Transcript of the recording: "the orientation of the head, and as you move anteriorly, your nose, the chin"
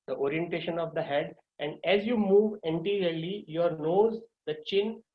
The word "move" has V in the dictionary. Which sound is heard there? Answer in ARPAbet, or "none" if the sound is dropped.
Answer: V